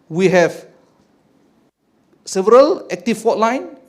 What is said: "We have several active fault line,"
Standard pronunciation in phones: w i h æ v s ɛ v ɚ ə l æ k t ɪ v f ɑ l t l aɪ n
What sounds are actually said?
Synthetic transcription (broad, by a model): w i h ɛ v s ɛ v ɚ ə l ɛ k t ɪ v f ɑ t l aɪ n